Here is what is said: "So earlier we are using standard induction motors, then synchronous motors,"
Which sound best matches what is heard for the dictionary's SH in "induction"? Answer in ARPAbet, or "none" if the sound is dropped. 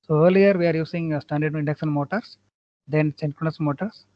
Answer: S